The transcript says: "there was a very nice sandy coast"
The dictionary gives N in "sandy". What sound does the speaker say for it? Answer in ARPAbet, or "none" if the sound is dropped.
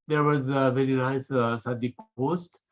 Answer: none